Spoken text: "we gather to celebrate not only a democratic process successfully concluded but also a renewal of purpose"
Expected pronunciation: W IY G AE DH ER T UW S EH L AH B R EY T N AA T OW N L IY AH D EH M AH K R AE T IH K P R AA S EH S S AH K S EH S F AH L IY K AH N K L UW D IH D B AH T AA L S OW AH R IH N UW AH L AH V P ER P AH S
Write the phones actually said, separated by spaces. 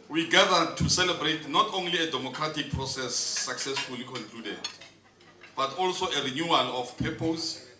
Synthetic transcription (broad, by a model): W IY G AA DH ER T UW S EH L AH B R EY T N AA T OW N L IY AH D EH M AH K R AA T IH K P R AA S EH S S AH K S EH S F AH L IY K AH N K L UW D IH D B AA T AA L S OW AH R IH N UW AH L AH F P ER P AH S